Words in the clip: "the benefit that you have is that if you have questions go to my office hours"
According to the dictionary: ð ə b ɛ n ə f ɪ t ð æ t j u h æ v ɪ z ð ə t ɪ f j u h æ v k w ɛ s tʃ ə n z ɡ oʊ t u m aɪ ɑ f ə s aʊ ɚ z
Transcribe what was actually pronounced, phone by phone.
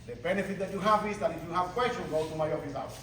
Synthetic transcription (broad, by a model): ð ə b ɛ n ə f ɪ t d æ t j u h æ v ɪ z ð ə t ɪ f j u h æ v k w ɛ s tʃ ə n ɡ oʊ t u m aɪ ɑ f ə s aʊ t